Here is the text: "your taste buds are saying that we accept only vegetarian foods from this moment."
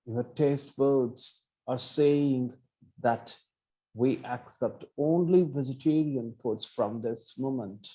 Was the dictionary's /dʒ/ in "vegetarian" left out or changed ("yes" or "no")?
yes